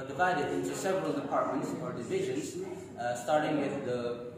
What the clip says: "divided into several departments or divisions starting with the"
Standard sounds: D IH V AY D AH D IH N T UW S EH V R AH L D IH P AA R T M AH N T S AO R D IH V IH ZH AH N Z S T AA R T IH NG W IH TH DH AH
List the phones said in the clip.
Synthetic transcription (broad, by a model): D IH V AY D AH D IH N T UW S EH V R AH L D IH P AA R T M AH N T S AO R D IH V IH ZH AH N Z S T AA R T IH NG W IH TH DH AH